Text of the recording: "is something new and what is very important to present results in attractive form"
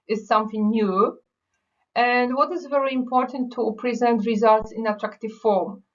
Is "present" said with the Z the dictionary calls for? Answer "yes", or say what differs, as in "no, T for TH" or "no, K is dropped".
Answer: yes